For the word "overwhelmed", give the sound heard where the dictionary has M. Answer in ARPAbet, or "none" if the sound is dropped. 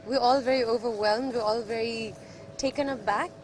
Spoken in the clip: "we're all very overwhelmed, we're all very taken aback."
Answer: M